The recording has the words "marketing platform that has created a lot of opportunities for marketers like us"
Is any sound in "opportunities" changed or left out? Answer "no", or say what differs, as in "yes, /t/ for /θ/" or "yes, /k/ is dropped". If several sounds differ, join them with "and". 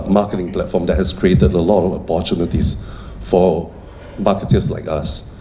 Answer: yes, /s/ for /z/